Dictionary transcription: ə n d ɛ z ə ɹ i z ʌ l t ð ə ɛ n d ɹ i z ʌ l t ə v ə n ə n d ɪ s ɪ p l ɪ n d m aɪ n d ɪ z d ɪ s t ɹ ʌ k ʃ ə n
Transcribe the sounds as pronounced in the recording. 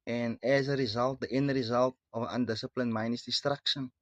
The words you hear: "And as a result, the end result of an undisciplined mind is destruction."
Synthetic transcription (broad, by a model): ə n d ɛ z ə ɹ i z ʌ l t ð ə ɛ n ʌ ɹ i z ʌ l t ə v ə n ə n d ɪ s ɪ p l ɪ n m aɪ n ɪ s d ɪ s t ɹ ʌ k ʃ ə n